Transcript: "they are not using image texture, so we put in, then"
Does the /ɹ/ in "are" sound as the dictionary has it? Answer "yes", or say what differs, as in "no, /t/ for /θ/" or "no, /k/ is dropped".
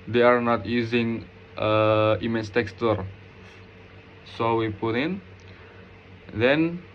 yes